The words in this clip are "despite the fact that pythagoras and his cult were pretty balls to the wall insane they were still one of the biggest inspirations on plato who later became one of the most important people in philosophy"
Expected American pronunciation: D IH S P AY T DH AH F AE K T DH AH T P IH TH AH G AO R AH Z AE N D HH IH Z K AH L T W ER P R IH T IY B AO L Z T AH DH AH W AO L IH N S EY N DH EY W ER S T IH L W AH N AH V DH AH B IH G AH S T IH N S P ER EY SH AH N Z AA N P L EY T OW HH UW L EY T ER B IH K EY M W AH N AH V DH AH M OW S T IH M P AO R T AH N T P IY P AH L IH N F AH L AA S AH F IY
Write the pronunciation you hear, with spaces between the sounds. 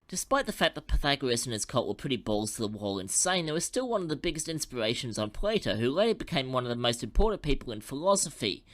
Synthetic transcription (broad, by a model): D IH S P AY T DH AH F AE K DH AH T P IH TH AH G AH R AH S N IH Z K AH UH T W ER P R IH T IY B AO L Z T AH DH AH W AO L IH N S EY N DH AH W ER S T IH L W AH N AH V DH AH B IH G AH S T IH N S P ER EY SH AH N Z N P L EY T OW HH UW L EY B IH K EY M W AH N AH V DH AH M OW S T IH M P AO R T N P IY P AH L IH N F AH L AA S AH F IY